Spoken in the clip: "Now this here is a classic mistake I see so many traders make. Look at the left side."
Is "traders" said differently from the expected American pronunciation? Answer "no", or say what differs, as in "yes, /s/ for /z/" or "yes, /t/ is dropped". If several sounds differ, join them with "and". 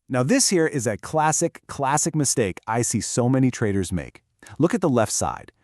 no